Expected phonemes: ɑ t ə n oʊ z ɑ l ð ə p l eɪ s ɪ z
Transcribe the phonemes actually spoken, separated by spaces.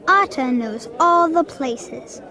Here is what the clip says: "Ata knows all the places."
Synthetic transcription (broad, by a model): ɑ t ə n oʊ z ɑ l ð ə p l eɪ s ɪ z